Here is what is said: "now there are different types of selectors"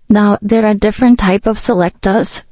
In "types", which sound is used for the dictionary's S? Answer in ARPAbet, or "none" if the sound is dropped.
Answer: none